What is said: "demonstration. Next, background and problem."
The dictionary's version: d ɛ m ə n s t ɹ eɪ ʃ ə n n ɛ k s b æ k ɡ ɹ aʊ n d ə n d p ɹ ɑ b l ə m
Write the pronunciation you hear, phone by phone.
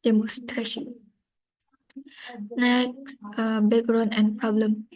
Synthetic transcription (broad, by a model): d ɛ m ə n s t ɹ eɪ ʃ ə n n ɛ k b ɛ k ɡ ɹ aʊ n ə n p ɹ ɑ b l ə m